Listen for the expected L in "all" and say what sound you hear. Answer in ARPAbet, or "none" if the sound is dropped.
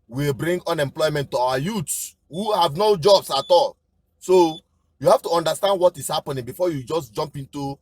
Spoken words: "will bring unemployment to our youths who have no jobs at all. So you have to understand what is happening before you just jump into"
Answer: L